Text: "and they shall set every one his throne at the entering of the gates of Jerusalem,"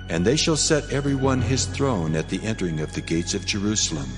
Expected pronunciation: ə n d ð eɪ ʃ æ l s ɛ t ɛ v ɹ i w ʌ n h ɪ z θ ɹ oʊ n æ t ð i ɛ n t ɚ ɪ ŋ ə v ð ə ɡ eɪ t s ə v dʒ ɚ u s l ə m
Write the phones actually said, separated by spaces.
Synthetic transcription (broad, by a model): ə n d ð eɪ ʃ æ l s ɛ t ɛ v ɹ i w ʌ n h ɪ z θ ɹ oʊ n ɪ t ð i ɛ n t ɚ ɪ ŋ ə v ð ə ɡ eɪ t s ə v dʒ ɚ u s l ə m